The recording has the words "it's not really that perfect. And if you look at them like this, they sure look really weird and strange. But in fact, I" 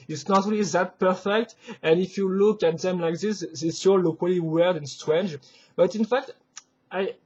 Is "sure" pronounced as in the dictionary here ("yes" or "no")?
no